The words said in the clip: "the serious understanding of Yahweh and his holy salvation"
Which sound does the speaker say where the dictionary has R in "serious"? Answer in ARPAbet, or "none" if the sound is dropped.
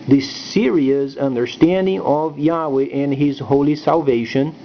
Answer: R